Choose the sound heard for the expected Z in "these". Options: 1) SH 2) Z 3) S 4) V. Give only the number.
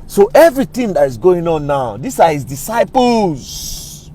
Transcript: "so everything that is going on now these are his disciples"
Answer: 3